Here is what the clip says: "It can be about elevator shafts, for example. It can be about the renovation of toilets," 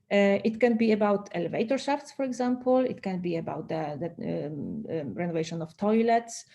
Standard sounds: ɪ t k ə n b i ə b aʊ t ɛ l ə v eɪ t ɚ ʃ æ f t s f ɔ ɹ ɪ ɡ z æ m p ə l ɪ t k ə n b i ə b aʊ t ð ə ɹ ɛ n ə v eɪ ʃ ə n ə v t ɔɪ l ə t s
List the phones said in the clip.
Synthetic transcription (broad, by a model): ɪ t k ə n b i ə b aʊ t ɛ l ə v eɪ t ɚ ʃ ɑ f t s f ɔ ɹ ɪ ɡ z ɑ m p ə l ɪ t k ə n b i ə b aʊ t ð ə ɹ ɛ n ə v eɪ ʃ ə n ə f t ɔɪ l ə t s